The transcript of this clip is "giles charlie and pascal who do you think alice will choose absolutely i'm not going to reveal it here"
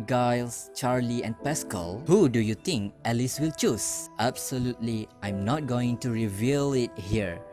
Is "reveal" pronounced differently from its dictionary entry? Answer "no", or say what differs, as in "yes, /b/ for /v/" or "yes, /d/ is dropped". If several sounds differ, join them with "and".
no